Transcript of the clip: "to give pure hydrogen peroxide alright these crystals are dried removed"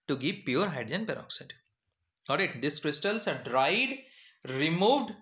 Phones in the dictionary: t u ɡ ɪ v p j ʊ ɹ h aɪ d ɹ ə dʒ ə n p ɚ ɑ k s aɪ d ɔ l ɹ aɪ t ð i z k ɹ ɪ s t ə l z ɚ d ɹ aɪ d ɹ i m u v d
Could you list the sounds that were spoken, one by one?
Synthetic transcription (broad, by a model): t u ɡ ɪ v p j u ɹ h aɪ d ə ə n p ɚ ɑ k s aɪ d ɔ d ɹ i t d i s k ɹ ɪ s t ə l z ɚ d ɹ aɪ d ɹ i m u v d